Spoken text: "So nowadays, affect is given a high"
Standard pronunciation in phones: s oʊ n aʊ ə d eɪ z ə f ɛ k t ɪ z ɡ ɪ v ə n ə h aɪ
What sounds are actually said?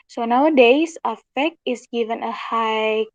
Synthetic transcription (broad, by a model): s oʊ n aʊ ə d eɪ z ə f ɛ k ɪ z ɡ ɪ v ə n ə h aɪ